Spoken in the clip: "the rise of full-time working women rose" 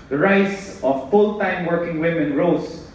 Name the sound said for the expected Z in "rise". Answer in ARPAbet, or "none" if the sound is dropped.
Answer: S